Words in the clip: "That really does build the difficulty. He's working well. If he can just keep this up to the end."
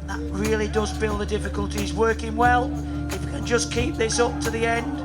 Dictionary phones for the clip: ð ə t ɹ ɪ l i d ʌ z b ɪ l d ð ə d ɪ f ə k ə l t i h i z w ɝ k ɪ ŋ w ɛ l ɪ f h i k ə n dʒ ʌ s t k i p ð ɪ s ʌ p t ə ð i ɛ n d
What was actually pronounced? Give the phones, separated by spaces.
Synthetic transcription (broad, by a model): ð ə t ɹ ɪ l i d ʌ z b ɪ l d ð ə d ɪ f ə k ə l t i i z w ɝ k ɪ ŋ w ɛ l ɪ f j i k ə n dʒ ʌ s k i p ð ɪ s ʌ p t ə ð i ɛ n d